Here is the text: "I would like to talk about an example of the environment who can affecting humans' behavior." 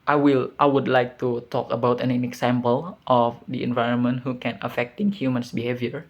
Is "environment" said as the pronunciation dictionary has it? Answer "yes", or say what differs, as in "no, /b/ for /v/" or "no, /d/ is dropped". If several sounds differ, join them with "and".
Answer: yes